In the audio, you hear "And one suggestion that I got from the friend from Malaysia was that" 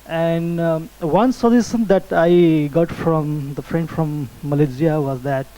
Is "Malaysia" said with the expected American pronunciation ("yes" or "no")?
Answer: no